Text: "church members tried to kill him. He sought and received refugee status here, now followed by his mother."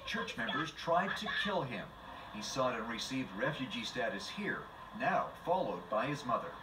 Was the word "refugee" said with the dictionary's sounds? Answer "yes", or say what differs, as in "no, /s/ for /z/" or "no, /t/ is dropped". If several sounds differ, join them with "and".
yes